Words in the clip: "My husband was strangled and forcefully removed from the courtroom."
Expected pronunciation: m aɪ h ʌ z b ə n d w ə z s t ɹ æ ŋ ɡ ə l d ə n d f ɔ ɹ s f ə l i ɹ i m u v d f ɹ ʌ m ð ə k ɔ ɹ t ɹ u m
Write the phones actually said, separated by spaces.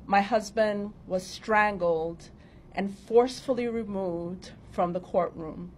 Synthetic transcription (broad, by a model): m aɪ h ʌ z b ə n d w ə z s t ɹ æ ŋ ɡ l d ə n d f ɔ ɹ s f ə l i ɹ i m u v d f ɹ ʌ m ð ə k ɔ ɹ t ɹ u m